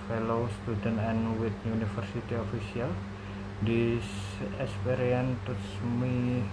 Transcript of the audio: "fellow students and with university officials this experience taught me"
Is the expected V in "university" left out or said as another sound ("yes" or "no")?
yes